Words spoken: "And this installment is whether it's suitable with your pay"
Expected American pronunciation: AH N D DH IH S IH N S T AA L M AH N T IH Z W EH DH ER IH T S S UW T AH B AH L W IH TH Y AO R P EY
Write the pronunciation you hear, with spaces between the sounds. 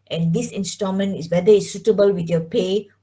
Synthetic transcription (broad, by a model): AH N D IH S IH N S T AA M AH N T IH S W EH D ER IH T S S UW T AH B AH L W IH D Y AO P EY